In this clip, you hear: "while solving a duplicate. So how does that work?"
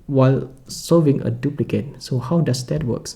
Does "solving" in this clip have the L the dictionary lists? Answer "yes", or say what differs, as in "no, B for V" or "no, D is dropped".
no, L is dropped